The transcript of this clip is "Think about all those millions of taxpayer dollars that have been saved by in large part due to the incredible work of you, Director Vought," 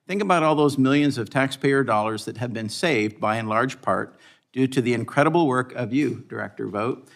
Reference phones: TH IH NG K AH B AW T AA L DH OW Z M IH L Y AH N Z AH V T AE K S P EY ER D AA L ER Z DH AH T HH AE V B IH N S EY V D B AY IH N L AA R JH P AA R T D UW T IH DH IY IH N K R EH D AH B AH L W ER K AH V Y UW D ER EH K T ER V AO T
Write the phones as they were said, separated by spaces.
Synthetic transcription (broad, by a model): TH IH NG K AH B AW T AA L DH OW Z M IH L Y AH N Z AH V T AE K S P EY ER D AA L ER Z DH AH T HH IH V B IH N S EY V D B AY IH N L AA R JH P AA R T D UW T IH DH IY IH N K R EH D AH B L W ER K AH V Y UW D ER EH K T ER V AO T